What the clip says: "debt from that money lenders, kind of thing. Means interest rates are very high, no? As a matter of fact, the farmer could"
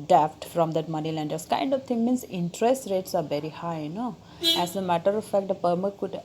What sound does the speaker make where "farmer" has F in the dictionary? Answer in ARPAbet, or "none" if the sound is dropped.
P